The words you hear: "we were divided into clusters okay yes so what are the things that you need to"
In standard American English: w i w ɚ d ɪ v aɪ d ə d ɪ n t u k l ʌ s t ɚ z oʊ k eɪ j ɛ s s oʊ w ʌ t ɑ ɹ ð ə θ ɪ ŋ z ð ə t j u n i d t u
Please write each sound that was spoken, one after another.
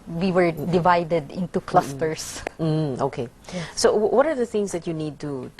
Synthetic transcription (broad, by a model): w i w ɚ d ɪ v aɪ d ə d ɪ n t u k l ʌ s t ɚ s oʊ k eɪ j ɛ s s oʊ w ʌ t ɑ ɹ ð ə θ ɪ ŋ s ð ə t j u n i d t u